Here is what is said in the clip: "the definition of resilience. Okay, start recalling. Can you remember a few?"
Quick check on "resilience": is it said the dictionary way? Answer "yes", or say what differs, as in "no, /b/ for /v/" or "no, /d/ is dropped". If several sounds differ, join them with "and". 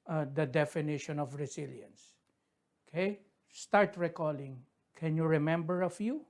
no, /s/ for /z/